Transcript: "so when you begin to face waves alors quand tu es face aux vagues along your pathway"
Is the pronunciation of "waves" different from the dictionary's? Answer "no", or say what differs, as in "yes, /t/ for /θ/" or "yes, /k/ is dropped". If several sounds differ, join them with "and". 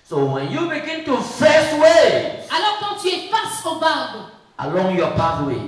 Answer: yes, /v/ is dropped